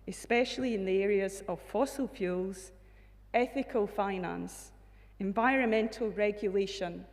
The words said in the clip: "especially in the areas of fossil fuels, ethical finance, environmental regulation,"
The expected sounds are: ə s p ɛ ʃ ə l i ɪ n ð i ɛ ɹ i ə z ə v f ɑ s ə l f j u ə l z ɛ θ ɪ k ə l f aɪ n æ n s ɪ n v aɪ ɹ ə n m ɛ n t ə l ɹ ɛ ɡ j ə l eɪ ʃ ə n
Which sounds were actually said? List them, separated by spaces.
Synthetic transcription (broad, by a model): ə s p ɛ ʃ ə l i ɪ n ð i ɛ ɹ i ə z ə v f ɑ s ə l f j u l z ɛ θ ɪ k ə l f aɪ n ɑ n s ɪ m v aɪ ɹ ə n m ɛ n t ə l ɹ ɛ ɡ j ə l eɪ ʃ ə n